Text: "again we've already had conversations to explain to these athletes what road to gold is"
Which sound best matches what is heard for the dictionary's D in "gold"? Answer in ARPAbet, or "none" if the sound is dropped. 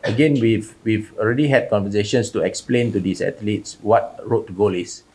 none